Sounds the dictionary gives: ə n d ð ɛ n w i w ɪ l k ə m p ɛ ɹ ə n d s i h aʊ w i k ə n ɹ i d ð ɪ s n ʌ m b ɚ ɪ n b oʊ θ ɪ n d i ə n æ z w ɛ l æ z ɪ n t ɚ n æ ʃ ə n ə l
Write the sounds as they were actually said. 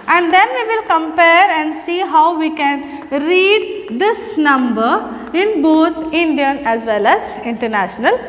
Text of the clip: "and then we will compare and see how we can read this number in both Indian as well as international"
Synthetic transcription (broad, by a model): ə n d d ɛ n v i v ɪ l k ə m p ɛ ɹ ə n d s i h aʊ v i k ə n ɹ i d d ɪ s n ʌ m b ɚ ɪ n b oʊ t ɪ n d i ə n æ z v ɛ l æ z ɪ n t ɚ n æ ʃ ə n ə l